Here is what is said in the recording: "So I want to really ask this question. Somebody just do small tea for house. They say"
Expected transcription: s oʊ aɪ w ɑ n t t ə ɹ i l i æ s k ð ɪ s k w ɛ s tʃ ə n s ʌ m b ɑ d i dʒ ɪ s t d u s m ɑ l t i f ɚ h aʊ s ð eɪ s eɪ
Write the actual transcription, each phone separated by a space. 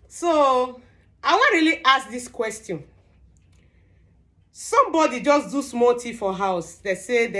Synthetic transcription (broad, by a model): s oʊ aɪ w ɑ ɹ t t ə l i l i s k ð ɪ s k w ɛ s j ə n s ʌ m b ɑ d i dʒ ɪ s d u s m ɑ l t i f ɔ h aʊ s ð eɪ s eɪ